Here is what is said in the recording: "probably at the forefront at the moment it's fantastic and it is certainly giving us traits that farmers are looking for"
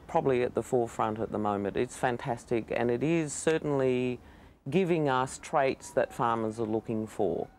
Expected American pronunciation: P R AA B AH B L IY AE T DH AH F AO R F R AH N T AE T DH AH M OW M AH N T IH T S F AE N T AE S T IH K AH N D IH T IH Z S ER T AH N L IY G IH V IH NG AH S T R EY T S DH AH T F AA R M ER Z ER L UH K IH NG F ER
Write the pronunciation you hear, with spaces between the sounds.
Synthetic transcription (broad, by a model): P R AA B AH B L IY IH T DH AH F AO R F R AH N T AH T DH AH M OW M AH N T IH T S F AE N T AE S T IH K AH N IH T IH Z S ER T N L IY G IH V IH NG AH S T R EY T S DH AH T F AA R M ER Z ER L UH K IH NG F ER